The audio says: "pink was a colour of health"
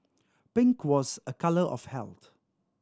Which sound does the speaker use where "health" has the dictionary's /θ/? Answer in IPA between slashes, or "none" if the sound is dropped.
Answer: /t/